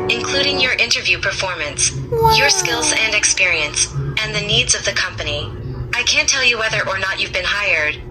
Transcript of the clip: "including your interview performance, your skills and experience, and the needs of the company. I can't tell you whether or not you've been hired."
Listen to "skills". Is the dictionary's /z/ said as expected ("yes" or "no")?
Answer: yes